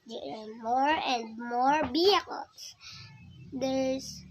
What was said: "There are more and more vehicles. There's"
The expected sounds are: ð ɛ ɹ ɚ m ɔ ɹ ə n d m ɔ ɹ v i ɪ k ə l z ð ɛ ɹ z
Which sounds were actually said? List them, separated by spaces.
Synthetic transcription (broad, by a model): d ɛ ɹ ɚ m ɔ ɹ ə n d m ɔ ɹ b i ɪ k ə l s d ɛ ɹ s